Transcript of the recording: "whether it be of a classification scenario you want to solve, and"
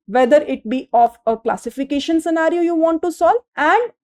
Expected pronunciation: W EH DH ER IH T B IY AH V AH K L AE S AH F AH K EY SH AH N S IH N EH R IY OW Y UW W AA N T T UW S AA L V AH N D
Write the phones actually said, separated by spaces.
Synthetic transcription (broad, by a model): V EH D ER IH T B IY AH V AH K L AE S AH F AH K EY SH AH N S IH N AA R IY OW Y UW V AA N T T UW S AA L AH N D